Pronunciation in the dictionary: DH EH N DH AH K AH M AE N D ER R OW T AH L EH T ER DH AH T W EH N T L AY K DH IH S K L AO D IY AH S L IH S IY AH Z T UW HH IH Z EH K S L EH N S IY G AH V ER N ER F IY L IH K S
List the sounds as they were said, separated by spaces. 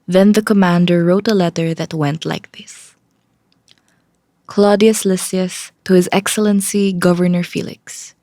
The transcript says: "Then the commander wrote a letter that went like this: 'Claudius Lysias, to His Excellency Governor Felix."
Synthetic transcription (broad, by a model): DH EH N DH AH K AH M AE N D ER R OW T AH L EH T ER DH AH T W EH N T L AY K DH IH S K L AO D IY AH S L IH S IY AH S T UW HH IH Z EH K S L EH N S IY G AH V ER N ER F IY L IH K S